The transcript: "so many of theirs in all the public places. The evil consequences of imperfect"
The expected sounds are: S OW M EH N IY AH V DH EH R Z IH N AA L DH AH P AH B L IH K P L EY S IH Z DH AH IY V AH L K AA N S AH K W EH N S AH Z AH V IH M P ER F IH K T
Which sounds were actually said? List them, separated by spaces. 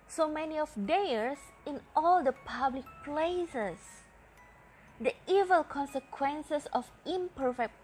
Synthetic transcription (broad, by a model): S OW M EH N IY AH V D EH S IH N AA L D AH P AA B L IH K P L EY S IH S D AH IY V AH L K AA N S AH K W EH N S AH S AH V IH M P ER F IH K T